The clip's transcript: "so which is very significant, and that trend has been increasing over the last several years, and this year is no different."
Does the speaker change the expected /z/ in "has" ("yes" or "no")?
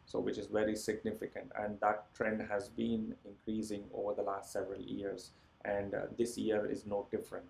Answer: no